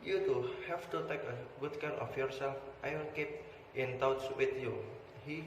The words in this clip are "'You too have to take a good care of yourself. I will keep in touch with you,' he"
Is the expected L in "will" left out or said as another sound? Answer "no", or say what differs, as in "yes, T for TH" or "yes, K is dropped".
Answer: yes, N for L